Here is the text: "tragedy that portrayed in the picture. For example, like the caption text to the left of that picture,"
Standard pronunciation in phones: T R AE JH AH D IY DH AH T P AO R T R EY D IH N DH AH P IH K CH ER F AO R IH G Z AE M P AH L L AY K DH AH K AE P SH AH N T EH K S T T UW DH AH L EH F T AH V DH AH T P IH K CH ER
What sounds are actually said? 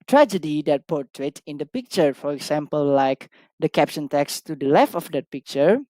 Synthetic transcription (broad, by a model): T R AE JH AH D IY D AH T P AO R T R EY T IH N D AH P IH K CH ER F AO R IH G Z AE M P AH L L AY K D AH K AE P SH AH N T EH K S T T UW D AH L EH F T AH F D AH T P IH K CH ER